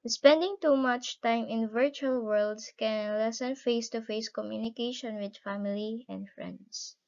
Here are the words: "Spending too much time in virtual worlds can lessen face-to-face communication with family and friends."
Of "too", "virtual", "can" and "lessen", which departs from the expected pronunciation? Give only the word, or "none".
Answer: none